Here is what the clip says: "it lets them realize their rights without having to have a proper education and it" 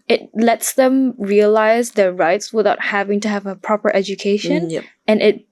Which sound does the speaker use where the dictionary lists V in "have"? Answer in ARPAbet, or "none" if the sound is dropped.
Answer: V